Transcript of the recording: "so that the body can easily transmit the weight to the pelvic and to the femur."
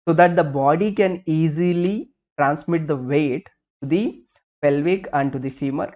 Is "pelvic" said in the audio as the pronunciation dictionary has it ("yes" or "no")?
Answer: yes